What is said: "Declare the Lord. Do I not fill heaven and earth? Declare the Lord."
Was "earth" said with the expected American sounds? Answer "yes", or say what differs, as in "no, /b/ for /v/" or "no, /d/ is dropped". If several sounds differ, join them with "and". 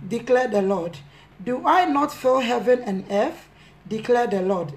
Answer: no, /f/ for /θ/